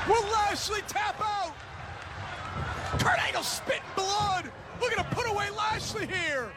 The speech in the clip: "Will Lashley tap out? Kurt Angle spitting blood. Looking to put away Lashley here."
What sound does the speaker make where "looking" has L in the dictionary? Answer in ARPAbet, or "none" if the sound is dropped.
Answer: W